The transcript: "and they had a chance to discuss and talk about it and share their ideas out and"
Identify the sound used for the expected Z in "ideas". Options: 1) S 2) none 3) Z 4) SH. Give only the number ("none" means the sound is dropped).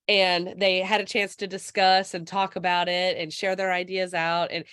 3